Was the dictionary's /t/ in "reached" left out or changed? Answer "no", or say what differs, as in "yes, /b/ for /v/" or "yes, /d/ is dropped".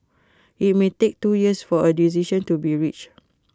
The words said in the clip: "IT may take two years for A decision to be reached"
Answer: yes, /t/ is dropped